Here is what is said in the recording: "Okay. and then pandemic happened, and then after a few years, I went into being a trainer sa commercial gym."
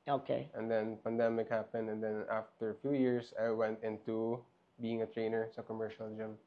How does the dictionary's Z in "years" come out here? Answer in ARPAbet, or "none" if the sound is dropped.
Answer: S